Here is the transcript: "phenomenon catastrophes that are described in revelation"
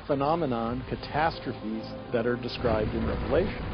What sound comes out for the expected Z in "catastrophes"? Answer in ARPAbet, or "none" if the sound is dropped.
Z